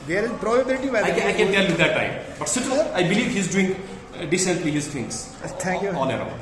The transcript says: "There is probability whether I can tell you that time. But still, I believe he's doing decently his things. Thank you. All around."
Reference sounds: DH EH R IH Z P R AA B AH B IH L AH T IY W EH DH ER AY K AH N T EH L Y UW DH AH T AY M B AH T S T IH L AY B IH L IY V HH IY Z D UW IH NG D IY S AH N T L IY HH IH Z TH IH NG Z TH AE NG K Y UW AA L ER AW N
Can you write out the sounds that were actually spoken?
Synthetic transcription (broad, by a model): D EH R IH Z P R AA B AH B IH L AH T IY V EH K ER AY K AH N T EH L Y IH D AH T AY M B AH T S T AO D AY B IH L IY V HH IY Z D UW IH NG D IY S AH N T L IY HH IH Z T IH NG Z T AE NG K Y UW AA N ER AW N